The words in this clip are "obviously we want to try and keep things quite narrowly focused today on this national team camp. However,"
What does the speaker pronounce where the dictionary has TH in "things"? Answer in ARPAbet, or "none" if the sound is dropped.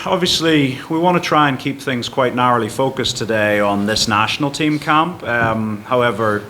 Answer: TH